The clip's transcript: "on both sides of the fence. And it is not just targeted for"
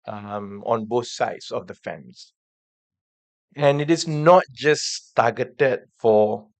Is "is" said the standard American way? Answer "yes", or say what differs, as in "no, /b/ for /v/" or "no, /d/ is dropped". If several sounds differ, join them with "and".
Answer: no, /s/ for /z/